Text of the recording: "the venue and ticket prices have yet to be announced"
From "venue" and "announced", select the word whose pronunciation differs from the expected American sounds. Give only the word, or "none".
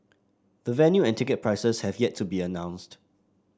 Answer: none